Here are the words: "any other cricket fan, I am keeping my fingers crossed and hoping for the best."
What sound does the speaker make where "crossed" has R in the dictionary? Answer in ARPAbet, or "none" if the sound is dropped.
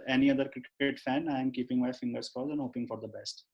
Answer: none